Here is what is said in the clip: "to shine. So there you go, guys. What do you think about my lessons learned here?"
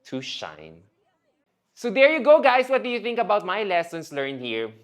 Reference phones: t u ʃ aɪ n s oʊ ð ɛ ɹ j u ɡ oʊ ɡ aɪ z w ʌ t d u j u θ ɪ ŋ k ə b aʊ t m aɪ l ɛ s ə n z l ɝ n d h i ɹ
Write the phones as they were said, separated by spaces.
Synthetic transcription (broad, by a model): t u ʃ aɪ n s oʊ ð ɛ ɹ j u ɡ oʊ ɡ aɪ s w ʌ t d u j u θ ɪ ŋ k ə b aʊ t m aɪ l ɛ s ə n s l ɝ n h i ɹ